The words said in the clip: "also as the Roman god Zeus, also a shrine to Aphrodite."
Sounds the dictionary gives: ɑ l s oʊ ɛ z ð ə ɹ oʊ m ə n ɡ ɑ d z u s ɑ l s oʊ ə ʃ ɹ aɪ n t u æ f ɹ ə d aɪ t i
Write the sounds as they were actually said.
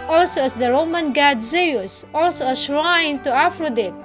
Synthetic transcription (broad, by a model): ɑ l s oʊ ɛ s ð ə ɹ oʊ m ə n ɡ ɑ d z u s ɑ l s oʊ ə s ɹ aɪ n t u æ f ɹ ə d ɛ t